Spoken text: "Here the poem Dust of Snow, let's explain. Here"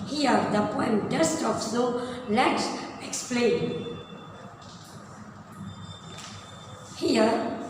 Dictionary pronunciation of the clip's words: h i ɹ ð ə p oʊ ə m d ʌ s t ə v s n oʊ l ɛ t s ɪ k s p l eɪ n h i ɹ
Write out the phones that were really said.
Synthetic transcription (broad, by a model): h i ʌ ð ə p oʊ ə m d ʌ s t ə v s oʊ l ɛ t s ɪ k s p l eɪ n h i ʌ